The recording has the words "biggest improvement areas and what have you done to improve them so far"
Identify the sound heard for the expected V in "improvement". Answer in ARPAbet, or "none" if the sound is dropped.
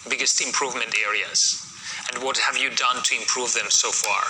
V